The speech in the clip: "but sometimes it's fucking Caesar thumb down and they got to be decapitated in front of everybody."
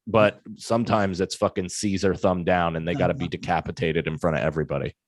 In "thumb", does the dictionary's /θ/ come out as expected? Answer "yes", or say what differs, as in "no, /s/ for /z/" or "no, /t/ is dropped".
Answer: yes